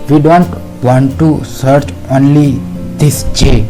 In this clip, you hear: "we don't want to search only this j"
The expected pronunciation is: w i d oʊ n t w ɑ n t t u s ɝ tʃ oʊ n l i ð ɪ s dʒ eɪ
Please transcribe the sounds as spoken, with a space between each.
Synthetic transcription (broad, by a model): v i d oʊ n t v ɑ n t t u s ɝ tʃ oʊ n l i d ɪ s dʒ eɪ